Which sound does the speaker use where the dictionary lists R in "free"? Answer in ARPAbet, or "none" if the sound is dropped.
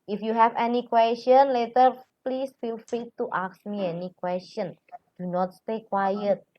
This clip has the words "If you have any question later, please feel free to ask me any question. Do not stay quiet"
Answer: none